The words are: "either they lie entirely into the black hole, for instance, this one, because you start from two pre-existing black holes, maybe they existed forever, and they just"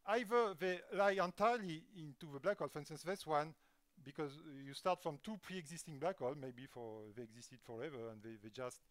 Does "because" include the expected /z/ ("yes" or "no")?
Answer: yes